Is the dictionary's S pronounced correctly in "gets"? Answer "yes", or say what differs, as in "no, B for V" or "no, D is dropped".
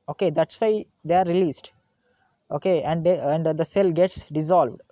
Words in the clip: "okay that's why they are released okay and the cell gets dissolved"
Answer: yes